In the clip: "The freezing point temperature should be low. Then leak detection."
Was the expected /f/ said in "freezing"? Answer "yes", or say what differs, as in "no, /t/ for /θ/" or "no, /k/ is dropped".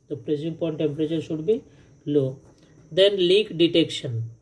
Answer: no, /p/ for /f/